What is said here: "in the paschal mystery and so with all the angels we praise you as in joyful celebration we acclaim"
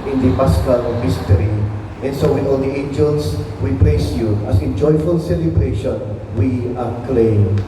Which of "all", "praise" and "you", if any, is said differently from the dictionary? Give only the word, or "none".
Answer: praise